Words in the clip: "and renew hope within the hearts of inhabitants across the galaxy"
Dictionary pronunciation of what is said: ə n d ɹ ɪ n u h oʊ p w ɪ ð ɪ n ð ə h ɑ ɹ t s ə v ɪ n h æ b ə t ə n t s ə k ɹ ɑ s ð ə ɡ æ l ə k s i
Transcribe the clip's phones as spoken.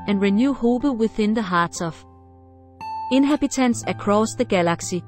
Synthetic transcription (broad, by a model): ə n ɹ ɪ n u h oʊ b w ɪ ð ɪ n ð ə h ɑ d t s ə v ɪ n h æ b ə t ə n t s ə k ɹ ɑ s ð ə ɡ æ l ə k s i